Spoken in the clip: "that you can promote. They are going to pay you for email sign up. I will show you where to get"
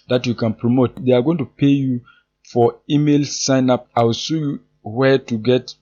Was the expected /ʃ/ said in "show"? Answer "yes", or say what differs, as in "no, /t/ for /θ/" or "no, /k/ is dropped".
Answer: no, /s/ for /ʃ/